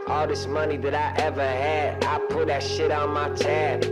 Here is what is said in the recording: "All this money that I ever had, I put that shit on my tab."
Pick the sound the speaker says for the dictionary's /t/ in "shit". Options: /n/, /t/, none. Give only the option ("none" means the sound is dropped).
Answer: /t/